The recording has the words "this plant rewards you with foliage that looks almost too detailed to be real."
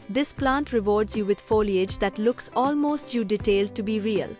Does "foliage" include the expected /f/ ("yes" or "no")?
yes